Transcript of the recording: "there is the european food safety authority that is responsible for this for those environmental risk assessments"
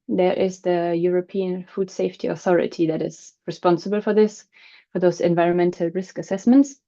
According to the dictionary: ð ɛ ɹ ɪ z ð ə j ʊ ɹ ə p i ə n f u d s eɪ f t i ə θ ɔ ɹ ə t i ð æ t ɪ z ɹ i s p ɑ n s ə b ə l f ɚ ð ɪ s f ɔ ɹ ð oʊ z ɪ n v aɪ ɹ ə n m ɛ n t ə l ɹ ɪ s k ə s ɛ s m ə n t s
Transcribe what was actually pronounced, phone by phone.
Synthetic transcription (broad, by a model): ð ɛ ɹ ɪ z ð ə j ʊ ɹ ə p i ə n f u d s eɪ f t i ə θ ɔ ɹ ə t i ð æ t ɪ z ɹ i s p ɑ n s ə b ə l f ɚ ð ɪ s f ɔ ɹ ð oʊ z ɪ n v aɪ ɹ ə n m ɛ n t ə l ɹ ɪ s k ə s ɛ s m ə n t s